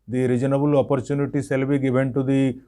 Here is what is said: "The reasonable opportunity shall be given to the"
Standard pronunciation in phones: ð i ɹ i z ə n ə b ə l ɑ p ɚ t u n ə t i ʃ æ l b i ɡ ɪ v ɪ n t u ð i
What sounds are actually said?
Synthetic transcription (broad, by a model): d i ɹ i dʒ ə n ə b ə l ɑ p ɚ t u n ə t i s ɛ l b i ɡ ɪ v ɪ n t u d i